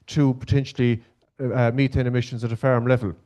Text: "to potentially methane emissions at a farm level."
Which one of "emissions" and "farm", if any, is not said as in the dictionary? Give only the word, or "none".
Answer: none